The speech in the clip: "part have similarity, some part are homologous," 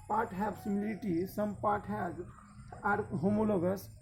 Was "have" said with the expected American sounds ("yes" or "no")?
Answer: no